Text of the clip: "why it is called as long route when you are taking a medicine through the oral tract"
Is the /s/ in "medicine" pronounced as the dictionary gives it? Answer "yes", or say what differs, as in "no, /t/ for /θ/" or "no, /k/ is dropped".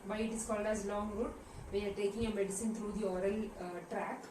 yes